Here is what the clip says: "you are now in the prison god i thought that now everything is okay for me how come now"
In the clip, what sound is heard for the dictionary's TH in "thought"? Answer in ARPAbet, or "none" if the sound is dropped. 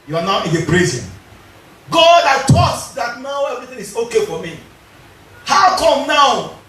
T